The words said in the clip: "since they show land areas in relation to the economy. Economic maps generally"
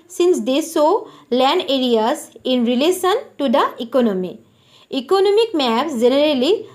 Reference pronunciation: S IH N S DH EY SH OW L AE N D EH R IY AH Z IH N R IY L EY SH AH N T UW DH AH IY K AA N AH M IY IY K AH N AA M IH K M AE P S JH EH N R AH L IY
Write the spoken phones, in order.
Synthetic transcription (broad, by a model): S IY N S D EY S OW L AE N D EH R IY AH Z IH N R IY L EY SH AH N T UW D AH IY K AA N AH M IY IY K AH N AA M IH K M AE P S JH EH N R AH L IY